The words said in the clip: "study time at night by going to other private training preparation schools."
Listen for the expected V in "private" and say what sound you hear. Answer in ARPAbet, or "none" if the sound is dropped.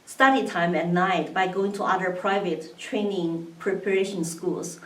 V